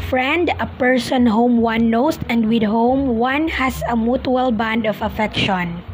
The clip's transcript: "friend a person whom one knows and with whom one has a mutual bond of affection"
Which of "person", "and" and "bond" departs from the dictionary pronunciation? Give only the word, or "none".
none